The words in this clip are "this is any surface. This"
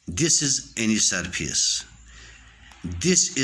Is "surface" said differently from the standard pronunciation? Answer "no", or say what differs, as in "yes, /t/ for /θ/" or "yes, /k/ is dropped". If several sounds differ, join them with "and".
yes, /p/ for /f/